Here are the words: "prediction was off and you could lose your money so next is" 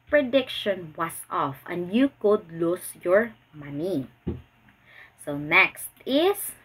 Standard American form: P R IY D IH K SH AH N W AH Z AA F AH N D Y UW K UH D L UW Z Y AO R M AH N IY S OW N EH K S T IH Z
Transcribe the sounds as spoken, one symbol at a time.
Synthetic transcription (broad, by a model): P R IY D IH K SH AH N W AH S AA F AH N D Y UW K UH D L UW S Y AO R M AH N IY S OW N EH K S T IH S